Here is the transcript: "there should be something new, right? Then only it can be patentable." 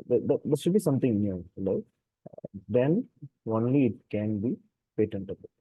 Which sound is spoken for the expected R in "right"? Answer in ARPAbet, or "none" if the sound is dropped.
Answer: L